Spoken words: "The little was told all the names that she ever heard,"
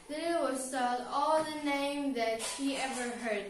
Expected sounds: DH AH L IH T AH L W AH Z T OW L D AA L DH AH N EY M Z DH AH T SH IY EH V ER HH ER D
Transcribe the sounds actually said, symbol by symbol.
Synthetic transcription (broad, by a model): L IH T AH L W AH Z S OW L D AA L DH AH N EY M DH AH T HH IY EH V ER HH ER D